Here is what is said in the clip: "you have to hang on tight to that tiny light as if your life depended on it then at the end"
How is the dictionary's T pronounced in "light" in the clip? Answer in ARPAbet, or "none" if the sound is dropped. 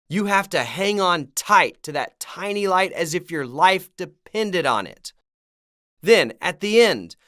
T